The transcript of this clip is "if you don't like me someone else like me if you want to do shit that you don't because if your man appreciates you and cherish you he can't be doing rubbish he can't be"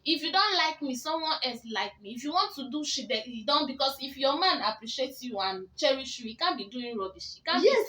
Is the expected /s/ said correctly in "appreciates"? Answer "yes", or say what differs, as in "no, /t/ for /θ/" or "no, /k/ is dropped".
no, /s/ is dropped